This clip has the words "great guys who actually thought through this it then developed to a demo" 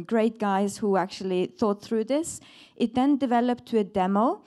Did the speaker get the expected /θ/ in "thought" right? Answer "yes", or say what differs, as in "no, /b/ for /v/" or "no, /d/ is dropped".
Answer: yes